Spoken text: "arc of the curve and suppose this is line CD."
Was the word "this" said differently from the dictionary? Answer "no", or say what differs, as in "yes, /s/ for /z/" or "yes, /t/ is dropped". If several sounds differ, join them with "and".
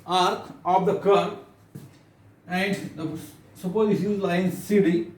yes, /ʃ/ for /s/